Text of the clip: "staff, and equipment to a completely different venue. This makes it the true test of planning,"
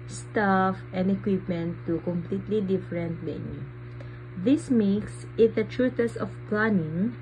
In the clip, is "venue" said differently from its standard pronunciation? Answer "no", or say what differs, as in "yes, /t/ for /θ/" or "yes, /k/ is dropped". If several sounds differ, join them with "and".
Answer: yes, /b/ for /v/